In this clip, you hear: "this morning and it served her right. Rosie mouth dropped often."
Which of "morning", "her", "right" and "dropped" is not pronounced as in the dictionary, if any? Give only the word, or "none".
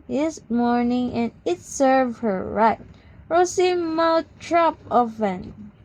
dropped